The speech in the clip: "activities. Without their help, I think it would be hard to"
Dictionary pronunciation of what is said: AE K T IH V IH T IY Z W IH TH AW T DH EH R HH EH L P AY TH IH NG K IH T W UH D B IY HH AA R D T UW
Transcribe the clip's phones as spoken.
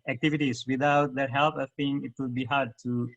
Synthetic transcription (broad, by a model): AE K T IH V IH T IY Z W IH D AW T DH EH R HH EH L P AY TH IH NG IH T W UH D B IY HH AA R D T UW